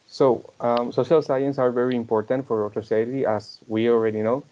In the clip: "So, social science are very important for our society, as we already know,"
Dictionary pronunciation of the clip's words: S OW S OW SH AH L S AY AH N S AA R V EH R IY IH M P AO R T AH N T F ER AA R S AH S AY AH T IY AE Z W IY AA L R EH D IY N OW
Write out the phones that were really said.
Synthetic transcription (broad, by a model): S OW S OW SH AH L S AY AH N S AA R V EH R IY IH M P AO R T AH N T F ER AA R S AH S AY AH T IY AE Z W IY AA L R EH D IY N OW